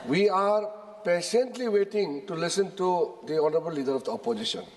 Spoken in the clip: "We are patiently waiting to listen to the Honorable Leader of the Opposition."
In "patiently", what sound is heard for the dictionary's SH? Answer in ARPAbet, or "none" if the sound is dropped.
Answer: S